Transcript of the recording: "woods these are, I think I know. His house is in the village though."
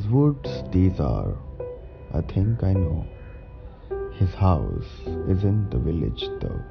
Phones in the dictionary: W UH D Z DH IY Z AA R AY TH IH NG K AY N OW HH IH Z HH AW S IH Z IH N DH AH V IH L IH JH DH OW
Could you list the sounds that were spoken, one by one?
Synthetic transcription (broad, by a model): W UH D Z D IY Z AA R AY T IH NG K AY N OW HH IH Z HH AW S IH Z IH N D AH V IH L IH JH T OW